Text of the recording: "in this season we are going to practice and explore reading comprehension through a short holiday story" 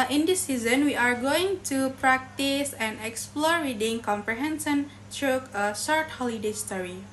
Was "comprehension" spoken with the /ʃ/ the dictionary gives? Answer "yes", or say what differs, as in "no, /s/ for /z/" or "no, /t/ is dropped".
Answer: no, /s/ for /ʃ/